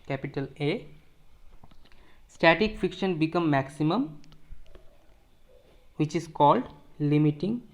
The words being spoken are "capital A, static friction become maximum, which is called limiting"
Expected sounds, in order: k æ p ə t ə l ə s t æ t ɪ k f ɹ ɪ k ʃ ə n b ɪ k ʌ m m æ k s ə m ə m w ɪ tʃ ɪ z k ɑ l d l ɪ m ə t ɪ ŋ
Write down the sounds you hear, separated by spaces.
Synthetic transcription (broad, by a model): k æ p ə t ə l ə s t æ t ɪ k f i k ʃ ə n b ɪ k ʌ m m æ k s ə m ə m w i tʃ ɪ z k ɑ l d l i m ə t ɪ ŋ